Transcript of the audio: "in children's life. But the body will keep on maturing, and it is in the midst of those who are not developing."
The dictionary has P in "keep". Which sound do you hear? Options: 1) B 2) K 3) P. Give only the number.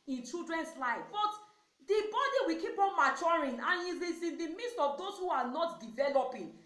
3